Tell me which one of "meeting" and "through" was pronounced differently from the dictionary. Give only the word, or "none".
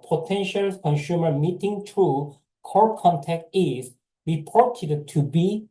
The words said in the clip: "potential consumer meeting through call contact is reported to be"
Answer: through